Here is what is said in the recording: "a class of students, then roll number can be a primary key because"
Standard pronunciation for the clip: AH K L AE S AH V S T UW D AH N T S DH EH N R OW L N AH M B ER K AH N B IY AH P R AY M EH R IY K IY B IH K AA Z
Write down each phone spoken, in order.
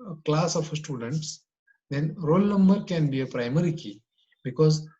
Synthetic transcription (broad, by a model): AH K L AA S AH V S T UW D AH N T S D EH N R OW L N AH M B ER K AH N B IY AH P R AY M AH R IY K IY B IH K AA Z